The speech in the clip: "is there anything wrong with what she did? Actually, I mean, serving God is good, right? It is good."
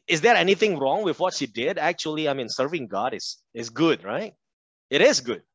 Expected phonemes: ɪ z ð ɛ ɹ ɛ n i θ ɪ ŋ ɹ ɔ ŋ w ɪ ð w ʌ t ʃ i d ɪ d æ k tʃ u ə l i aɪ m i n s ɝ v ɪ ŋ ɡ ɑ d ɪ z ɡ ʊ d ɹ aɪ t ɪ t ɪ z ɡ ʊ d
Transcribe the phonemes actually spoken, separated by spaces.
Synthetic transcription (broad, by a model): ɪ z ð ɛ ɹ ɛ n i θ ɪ ŋ ɹ ɔ ŋ w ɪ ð w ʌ t ʃ i d ɪ d æ k tʃ u ə l i aɪ m i n s ɝ v ɪ ŋ ɡ ɑ d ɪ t ɡ ʊ d ɹ aɪ t ɪ t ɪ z ɡ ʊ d